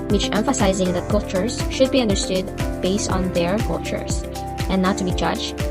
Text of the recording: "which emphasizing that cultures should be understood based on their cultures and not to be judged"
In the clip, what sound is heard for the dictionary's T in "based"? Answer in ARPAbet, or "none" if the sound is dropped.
T